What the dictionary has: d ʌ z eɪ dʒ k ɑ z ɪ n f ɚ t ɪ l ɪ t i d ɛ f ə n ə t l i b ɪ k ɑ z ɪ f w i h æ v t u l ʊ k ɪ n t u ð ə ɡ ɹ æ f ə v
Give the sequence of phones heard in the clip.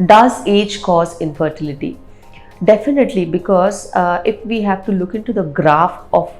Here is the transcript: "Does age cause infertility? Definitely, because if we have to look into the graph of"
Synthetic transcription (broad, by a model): d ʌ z eɪ dʒ k ɑ z ɪ n f ɚ t ɪ l ɪ t i d ɛ f ə n ə t l i b ɪ k ɑ z ɪ f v i h æ v t u l ʊ k ɪ n t u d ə ɡ ɹ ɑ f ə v